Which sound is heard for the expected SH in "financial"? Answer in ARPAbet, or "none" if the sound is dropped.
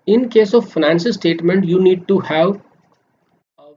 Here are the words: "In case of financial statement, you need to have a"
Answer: S